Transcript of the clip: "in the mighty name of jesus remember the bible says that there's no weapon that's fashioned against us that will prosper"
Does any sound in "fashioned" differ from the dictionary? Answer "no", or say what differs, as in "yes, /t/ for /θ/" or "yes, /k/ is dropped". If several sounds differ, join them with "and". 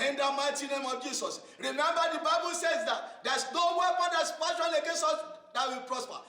yes, /p/ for /f/